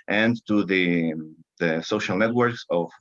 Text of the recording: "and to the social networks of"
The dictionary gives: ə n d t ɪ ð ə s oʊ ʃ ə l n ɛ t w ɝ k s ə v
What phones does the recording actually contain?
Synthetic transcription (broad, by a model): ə n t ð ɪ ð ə s oʊ ʃ ə l n ɛ t w ɝ k s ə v